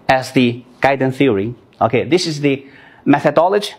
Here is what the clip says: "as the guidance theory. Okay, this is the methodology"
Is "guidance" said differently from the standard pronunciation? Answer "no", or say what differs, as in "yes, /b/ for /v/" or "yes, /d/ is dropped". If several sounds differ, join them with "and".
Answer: yes, /s/ is dropped